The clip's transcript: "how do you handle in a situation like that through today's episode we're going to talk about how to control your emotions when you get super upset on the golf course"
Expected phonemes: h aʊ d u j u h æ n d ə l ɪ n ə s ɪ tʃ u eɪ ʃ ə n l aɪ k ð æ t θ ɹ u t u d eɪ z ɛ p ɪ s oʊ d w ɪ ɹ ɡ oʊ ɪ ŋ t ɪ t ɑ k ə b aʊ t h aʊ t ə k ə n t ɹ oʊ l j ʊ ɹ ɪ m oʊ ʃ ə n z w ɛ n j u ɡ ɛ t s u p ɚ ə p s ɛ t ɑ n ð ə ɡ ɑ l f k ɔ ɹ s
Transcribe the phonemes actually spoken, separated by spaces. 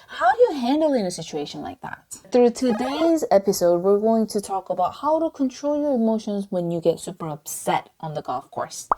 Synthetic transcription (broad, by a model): h aʊ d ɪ j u h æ n d l ɪ n ə s ɪ tʃ u eɪ ʃ ə n l aɪ k ð æ t θ ɹ u t u d eɪ z ɛ p ɪ s oʊ d w ɪ ɹ ɡ oʊ ɪ ŋ t ɪ t ɑ k ə b aʊ t h aʊ t ə k ə n t ɹ oʊ l j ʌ ɹ ɪ m oʊ ʃ ə n z w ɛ n j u ɡ ɛ t s u p ɚ ə p s ɛ t n ð ə ɡ ɑ l f k ɔ ɹ s